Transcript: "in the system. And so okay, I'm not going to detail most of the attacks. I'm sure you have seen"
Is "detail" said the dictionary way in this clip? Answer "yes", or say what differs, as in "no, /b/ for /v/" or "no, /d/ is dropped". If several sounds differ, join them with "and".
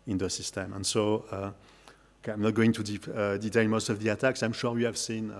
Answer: no, /n/ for /l/